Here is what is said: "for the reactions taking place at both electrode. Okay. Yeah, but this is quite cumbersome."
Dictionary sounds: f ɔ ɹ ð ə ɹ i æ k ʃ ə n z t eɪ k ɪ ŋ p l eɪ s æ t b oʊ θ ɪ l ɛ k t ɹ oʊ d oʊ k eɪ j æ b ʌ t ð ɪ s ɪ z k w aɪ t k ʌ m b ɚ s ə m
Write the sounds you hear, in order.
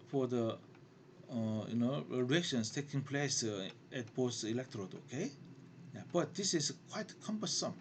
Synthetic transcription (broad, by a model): f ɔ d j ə ɹ i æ k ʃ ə n s t eɪ k ɪ ŋ p l eɪ s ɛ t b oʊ s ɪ l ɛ k t ɹ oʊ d oʊ k eɪ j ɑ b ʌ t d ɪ s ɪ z k w aɪ t k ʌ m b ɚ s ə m